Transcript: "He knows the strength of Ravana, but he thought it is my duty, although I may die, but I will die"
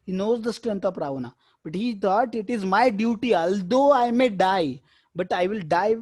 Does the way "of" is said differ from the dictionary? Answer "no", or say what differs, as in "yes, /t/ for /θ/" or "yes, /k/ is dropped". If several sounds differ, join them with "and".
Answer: yes, /p/ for /v/